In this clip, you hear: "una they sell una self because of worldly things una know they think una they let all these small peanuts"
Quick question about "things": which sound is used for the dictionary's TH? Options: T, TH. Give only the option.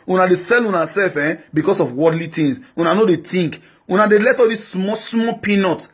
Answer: T